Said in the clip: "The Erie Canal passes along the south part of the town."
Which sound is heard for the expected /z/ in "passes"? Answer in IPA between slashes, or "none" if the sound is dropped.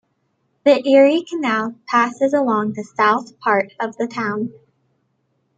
/z/